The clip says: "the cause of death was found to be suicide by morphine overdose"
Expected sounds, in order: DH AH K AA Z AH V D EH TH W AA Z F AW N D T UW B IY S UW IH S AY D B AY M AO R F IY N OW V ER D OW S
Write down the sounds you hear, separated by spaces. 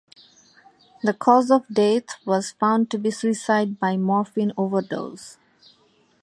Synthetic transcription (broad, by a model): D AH K AA Z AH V D EH T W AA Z F AW N D T UW B IY S UW IH S AY D B AY M AO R F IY N OW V ER D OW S